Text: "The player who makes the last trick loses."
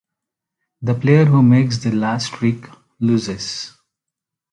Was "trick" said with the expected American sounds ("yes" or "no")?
no